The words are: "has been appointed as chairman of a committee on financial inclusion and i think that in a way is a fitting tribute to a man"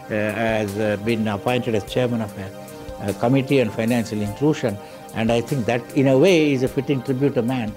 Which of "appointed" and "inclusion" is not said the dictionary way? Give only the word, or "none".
inclusion